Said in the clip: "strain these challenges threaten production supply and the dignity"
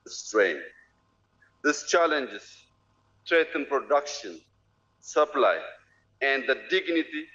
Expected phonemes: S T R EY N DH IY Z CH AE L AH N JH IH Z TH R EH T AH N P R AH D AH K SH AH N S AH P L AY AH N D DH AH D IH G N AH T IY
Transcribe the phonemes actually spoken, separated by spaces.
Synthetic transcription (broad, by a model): S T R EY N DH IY S CH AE L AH N JH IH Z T R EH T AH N P R AH D AH K SH AH N S AH P L AY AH N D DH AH D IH G N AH T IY